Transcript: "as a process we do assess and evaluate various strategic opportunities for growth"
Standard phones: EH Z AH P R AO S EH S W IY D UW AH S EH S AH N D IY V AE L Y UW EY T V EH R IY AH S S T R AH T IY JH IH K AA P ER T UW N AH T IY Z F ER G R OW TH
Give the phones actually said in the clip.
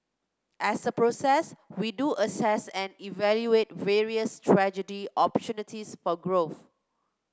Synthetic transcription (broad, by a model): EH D AH P R AO S EH S W IY D UW AH S EH S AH N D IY V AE L Y UW EY T V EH R IY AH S S T R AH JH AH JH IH AA P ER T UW N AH T IY S F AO G R OW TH